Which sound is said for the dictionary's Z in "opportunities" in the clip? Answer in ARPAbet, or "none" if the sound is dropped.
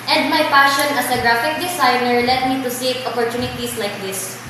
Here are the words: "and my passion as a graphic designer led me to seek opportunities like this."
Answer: S